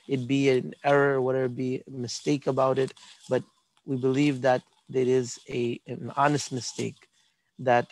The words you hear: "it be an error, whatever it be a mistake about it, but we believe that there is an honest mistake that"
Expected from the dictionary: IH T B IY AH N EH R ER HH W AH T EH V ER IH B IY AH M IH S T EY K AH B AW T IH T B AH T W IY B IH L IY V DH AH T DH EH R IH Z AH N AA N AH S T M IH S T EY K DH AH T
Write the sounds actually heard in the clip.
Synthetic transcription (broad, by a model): IH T B IY AH N EH R ER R W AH T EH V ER IH B IY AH M IH S T EY K AH B AW T IH T B AH T W IY B IH L IY V DH AH T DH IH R IH Z AH N AA N AH S T M IH S T EY K DH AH T